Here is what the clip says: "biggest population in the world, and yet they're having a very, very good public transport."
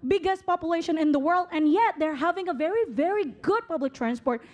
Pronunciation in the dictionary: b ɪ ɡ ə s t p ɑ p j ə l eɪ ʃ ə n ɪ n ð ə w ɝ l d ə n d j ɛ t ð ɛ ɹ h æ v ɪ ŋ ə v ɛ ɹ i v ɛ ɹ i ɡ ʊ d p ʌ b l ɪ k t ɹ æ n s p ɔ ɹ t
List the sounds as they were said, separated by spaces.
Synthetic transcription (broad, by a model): b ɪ ɡ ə s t p ɑ p j ə l eɪ ʃ ə n ɪ n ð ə w ɝ l d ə n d j ɛ t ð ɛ ɹ h æ v ɪ ŋ ə v ɛ ɹ i v ɛ ɹ i ɡ ʊ d p ʌ b l ɪ k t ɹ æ n s p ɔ ɹ t